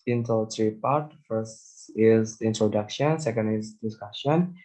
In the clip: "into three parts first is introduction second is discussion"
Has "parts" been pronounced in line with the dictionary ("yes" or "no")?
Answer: no